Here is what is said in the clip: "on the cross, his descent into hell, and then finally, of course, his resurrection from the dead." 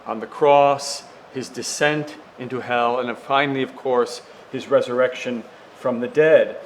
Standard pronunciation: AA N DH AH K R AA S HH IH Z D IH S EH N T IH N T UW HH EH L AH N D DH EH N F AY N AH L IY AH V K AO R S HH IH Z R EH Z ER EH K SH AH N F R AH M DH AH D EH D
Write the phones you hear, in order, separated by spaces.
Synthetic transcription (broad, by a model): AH N DH AH K R AA S HH IH Z D IH S EH N T IH N T UW HH EH L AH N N F AY N L IY AH V K AO R S HH IH Z R EH Z ER EH K SH AH N F R AH M DH AH D EH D